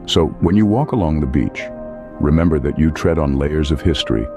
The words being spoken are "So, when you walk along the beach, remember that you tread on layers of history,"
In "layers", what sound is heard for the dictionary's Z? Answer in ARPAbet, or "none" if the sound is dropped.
Z